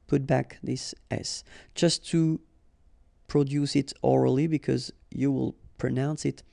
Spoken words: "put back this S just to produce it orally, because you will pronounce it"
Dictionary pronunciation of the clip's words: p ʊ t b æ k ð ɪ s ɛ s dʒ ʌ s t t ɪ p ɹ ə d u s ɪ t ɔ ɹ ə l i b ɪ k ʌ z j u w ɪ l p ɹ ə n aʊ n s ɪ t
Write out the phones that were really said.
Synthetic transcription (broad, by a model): p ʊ t b æ k ð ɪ s ɛ s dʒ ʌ s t t ɪ p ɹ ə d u s ɪ t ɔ ɹ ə l i b ɪ k ʌ z j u w ɪ l p ɹ ə n aʊ n s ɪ t